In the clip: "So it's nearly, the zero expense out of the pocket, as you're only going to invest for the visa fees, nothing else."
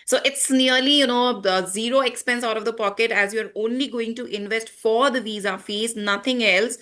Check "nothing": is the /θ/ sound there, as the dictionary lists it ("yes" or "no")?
no